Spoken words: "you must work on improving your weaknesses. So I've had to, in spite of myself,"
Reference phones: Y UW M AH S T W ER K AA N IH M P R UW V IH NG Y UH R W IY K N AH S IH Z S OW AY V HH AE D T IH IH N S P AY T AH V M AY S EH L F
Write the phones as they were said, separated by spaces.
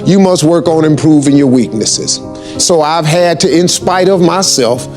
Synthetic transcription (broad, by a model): Y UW M AH S T W ER K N IH M P R UW V IH NG Y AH R W IY K N AH S IH Z S OW AY V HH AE D T IH IH N S P AY T AH V M AY S EH L F